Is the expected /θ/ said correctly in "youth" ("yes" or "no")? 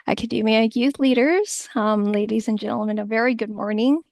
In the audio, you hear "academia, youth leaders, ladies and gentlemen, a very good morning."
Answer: yes